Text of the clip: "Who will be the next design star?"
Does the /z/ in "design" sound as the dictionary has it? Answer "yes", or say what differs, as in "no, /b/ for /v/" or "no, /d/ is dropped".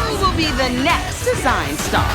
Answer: yes